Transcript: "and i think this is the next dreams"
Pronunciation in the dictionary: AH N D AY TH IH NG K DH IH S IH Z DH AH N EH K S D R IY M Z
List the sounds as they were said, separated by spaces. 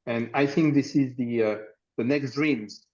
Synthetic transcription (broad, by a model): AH N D AY TH IH NG K DH IH S IH Z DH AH N EH K S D R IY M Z